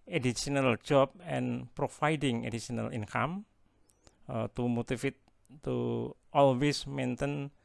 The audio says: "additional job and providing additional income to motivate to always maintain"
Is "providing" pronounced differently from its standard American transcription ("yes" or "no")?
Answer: yes